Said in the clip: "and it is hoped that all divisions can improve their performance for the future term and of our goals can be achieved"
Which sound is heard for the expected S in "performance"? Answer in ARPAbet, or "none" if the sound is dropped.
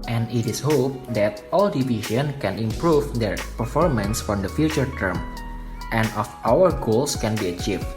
S